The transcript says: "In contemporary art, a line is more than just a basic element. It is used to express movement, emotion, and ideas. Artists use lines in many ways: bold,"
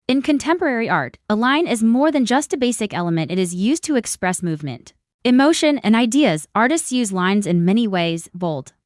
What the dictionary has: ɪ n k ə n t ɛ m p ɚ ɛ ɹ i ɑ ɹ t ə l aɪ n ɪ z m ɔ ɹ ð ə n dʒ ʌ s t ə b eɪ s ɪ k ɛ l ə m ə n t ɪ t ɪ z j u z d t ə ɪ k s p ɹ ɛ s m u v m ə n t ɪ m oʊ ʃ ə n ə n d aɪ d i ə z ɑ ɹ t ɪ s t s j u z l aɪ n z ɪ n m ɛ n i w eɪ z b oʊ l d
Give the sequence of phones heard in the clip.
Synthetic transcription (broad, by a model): ɪ n k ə n t ɛ m p ɚ ɛ ɹ i ɑ ɹ t ə l aɪ n ɪ z m ɔ ɹ ð ə n dʒ ʌ s t ə b eɪ s ɪ k ɛ l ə m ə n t ɪ t ɪ z j u z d t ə ɪ k s p ɹ ɛ s m u v m ə n t ɪ m oʊ ʃ ə n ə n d aɪ d i ə z ɑ ɹ t ɪ s t s j u z l aɪ n z ɪ n m ɛ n i w eɪ z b oʊ l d